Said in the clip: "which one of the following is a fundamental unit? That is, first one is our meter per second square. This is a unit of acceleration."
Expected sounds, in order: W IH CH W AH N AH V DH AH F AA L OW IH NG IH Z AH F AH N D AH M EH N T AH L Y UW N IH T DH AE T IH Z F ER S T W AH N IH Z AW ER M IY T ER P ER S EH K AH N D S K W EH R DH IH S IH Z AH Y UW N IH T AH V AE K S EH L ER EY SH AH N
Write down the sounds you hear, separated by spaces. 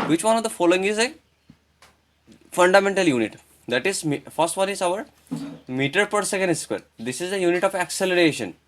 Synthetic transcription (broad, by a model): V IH CH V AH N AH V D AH F AA L OW IH NG IH Z AH F AH N D AH M EH N T AH L Y UW N IH T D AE T IH Z F ER S T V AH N IH Z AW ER M IY T ER P ER S EH K AH N D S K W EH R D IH S IH Z AH Y UW N IH T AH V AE K S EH L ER EY SH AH N